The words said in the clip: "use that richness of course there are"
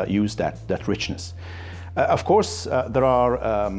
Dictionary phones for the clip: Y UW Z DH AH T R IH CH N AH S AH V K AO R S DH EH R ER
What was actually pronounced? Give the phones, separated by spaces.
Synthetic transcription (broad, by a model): Y UW Z DH AH T R IH CH N AH S AH V K AO R S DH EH R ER